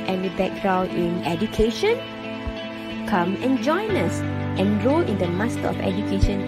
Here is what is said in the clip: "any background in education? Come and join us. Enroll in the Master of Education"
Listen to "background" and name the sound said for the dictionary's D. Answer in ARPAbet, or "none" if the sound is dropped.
none